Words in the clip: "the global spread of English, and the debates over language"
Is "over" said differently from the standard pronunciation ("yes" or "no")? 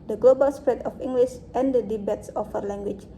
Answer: yes